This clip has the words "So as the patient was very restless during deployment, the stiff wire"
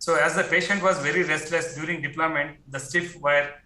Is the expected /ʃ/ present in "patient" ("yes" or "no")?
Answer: yes